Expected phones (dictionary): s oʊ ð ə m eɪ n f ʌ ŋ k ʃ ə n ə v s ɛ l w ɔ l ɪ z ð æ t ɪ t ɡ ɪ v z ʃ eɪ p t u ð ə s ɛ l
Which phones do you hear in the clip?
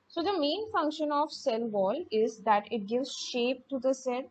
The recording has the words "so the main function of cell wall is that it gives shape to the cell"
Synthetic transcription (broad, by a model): s oʊ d ə m eɪ n f ʌ ŋ k ʃ ə n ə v s ɛ l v ɔ l ɪ z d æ t ɪ t ɡ ɪ v z ʃ eɪ p t u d ə s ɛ l